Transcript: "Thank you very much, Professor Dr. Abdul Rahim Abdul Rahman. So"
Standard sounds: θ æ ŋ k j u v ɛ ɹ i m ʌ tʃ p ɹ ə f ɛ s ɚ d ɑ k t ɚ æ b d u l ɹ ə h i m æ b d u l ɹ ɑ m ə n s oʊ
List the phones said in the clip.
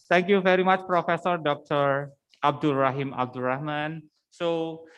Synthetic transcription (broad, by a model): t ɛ ŋ k j u v ɛ ɹ i m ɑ tʃ p ɹ ə f ɛ s ɚ d ɑ k t ɚ æ b d u l ɹ ə h i m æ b d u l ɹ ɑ m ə n s oʊ